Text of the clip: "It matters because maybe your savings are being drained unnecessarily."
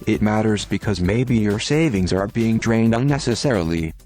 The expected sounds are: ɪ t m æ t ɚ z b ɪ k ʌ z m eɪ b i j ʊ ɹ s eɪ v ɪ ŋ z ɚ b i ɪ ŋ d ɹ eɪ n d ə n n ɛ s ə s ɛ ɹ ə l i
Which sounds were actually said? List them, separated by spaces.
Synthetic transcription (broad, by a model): ɪ t m æ t ɚ z b ɪ k ʌ z m eɪ b i j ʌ ɹ s eɪ v ɪ ŋ z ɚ b i ɪ ŋ d ɹ eɪ n d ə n n ɛ s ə s ɛ ɹ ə l i